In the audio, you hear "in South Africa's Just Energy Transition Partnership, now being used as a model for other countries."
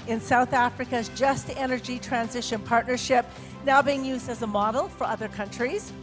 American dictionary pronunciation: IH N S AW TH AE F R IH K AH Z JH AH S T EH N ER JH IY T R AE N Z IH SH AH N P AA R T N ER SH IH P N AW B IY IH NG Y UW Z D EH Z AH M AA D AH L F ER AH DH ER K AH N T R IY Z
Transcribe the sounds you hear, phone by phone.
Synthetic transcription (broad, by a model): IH N S AW TH AE F R IH K AH Z JH AH S T EH N ER JH IY T R AE N Z IH SH AH N P AA R T N ER SH IH P N AW B IY IH NG Y UW Z D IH Z AH M AA D L F ER AH DH ER K AH N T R IY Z